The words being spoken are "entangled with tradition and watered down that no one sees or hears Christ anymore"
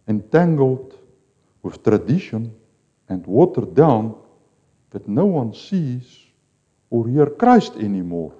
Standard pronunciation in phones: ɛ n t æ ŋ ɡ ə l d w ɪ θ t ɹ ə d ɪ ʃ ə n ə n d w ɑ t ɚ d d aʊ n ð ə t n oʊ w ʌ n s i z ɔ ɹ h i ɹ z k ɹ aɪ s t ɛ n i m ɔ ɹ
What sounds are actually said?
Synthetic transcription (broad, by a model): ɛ n t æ ŋ ɡ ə l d w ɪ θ t ɹ ə d ɪ ʃ ə n ə n d w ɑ t ɚ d d aʊ n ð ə t n oʊ w ʌ n s i z ɔ ɹ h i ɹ k ɹ aɪ s t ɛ n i m ɔ ɹ